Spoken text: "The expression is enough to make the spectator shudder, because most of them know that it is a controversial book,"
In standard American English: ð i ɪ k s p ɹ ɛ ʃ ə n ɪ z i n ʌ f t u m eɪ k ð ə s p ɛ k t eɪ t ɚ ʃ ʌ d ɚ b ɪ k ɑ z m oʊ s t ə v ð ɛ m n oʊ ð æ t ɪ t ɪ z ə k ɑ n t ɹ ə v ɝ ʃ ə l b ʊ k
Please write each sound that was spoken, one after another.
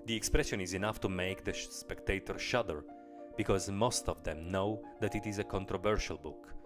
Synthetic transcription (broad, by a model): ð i ɪ k s p ɹ ɛ ʃ ə n ɪ z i n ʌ f t u m eɪ k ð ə s p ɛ k t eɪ t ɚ ʃ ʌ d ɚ b ɪ k ɑ z m oʊ s t ə v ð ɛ m n oʊ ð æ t ɪ t ɪ z ə k ɑ n t ɹ ə v ɝ ʃ ə l b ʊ k